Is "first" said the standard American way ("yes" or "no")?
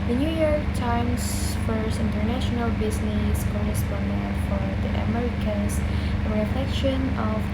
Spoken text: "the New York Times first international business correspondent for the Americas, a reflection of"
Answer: no